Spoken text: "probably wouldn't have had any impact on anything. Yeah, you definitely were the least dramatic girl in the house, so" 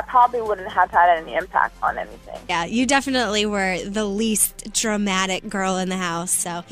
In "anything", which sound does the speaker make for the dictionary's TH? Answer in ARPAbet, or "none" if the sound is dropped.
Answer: TH